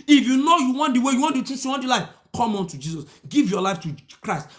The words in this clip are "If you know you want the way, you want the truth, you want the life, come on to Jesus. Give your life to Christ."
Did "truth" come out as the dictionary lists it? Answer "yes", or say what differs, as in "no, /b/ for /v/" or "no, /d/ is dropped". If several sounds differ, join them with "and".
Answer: no, /ɹ/ is dropped and /s/ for /θ/